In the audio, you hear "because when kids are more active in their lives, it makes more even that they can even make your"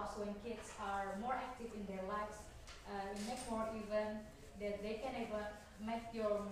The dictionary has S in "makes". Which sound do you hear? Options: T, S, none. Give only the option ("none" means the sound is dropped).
none